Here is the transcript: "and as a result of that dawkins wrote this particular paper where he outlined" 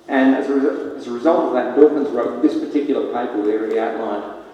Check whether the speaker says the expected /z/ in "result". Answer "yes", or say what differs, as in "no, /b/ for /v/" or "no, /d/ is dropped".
yes